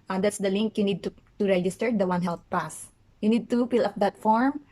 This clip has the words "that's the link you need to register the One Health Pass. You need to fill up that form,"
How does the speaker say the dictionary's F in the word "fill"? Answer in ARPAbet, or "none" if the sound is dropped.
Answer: P